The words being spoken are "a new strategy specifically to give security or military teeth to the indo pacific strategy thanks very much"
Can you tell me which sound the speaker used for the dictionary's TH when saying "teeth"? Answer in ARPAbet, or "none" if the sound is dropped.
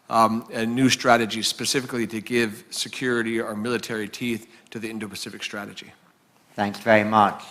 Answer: TH